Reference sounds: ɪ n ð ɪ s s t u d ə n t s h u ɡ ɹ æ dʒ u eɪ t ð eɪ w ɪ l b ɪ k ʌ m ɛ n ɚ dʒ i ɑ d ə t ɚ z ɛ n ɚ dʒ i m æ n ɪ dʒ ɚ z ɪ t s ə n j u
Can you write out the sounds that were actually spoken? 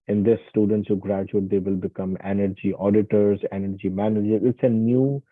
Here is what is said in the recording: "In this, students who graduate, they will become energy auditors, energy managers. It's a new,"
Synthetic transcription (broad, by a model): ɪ n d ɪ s s t u d ə n t s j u ɡ ɹ æ dʒ u eɪ t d eɪ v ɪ l b ɪ k ʌ m ɛ n ɚ dʒ i ɑ d ə t ɚ z ɛ n ɚ dʒ i m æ n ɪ dʒ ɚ ɪ t s ə n j u